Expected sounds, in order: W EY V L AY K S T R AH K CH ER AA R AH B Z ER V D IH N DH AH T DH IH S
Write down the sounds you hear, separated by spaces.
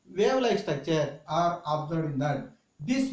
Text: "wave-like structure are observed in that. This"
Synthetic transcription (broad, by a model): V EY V L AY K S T AH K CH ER AA R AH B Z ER D IH N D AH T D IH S